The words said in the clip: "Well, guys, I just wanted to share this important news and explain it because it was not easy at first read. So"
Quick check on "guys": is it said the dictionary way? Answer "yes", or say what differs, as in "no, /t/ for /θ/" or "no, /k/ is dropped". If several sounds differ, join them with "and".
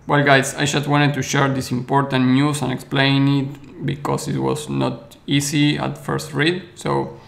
no, /s/ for /z/